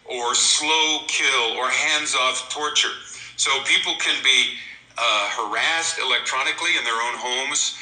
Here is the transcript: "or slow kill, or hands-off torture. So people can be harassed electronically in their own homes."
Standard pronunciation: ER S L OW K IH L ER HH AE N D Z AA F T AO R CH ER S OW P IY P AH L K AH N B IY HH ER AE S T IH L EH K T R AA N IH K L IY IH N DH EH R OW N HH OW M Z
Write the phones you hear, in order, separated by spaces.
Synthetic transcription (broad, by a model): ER S L OW K IH L ER HH AE N D Z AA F T AO R CH ER S OW P IY P L K AH N B IY HH ER AE S T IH L EH K T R AA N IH K L IY IH N DH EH R OW N HH OW M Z